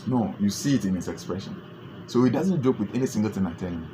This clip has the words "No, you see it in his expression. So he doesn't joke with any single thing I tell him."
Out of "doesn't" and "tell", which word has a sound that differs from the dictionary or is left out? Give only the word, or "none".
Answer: none